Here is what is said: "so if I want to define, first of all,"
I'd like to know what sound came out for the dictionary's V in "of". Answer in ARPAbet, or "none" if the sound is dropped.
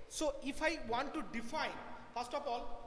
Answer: P